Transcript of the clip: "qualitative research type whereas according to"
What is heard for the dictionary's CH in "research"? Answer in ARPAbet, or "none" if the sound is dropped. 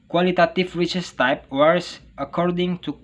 S